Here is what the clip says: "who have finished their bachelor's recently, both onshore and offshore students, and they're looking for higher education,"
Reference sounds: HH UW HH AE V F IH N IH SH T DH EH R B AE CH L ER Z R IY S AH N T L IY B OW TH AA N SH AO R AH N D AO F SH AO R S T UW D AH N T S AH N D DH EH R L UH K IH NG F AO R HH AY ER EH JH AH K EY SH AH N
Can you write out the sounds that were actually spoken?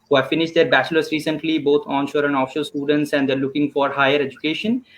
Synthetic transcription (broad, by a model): HH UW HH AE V F IH N IH SH T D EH R B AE CH L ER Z R IY S AH N T L IY B OW T AA N SH AO R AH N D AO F SH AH L S T UW D AH N T S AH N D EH R L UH K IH NG F AO R HH AY ER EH JH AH K EY SH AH N